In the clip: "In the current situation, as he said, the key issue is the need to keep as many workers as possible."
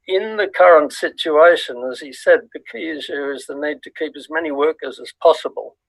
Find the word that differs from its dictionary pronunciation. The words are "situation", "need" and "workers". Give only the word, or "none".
none